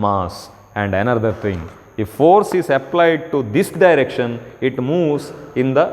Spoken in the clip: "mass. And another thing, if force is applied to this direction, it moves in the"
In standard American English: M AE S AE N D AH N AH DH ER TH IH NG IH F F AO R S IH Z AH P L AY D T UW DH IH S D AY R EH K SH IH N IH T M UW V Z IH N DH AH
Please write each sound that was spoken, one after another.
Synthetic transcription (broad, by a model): M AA S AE N D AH N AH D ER T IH NG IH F F AO R S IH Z AH P L AY D T UW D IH S D AY R EH K SH IH N IH T M UW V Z IH N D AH